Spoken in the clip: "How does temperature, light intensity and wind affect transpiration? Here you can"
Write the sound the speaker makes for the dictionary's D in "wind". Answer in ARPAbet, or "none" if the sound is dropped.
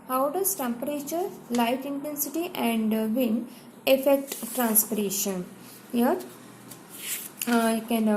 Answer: none